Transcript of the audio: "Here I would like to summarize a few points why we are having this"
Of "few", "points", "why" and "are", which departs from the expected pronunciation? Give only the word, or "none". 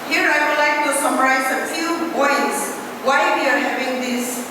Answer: points